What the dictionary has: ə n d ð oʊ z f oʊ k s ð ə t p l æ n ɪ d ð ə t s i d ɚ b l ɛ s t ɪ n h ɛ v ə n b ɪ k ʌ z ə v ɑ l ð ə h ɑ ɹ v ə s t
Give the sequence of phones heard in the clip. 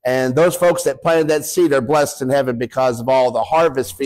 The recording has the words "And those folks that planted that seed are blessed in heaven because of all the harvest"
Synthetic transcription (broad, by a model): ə n ð oʊ z f oʊ k s ð ə t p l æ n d ð ə t s i d ɚ b l ɛ s t ɪ n h ɛ v ə n b ɪ k ʌ z ə v ɑ l ð ə h ɑ ɹ v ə s t